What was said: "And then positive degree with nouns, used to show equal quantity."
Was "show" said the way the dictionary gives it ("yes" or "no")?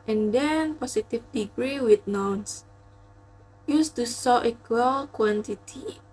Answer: no